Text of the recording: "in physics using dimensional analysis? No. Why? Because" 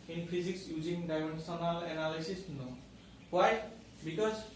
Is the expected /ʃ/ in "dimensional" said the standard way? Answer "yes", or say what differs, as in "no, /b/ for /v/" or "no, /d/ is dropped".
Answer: no, /s/ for /ʃ/